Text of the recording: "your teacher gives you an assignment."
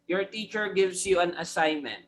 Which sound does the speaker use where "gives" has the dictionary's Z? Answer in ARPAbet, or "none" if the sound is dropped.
S